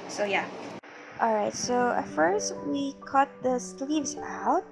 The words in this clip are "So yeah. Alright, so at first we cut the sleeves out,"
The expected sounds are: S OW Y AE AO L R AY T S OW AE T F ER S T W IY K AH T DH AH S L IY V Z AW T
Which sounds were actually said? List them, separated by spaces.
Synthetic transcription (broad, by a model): S OW Y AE AO L R AY T S OW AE T F ER S T W IY K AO T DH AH S L IY V Z AW T